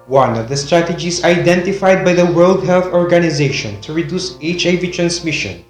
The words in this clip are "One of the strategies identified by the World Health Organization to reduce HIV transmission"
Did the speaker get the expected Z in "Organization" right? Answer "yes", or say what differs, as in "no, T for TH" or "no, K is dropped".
yes